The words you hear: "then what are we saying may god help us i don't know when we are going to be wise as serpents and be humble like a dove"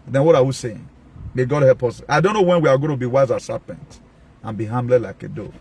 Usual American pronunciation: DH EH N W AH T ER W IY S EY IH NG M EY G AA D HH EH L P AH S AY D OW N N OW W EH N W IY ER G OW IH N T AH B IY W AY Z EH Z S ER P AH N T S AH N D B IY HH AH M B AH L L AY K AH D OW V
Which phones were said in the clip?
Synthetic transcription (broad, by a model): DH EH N W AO T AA W IY S EY IH NG M EY G AA D HH EH L P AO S AY D OW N N OW W EH N W IY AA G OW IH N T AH B IY W AY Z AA S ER P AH N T AH N B IY HH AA M B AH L L AY K AH D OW